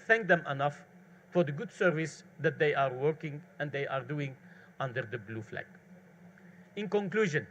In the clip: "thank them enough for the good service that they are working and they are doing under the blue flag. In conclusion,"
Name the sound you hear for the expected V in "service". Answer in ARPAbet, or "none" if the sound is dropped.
V